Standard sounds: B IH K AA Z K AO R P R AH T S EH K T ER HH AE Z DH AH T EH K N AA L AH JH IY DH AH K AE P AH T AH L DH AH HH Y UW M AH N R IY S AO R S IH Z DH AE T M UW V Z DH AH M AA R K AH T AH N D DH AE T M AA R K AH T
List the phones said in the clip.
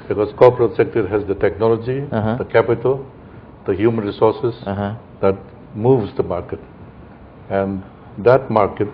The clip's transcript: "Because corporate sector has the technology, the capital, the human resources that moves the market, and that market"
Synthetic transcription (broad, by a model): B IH K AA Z K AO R P R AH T S EH K T ER HH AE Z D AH T EH K N AA L AH JH IY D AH K AE P AH T AH L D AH HH Y UW M AH N R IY S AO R S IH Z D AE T M UW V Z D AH M AA R K AH T AH N D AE T M AA R K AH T